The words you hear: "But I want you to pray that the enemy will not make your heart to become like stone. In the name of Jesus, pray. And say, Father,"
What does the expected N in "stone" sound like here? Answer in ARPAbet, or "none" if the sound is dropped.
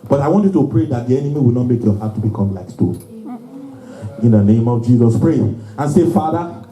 none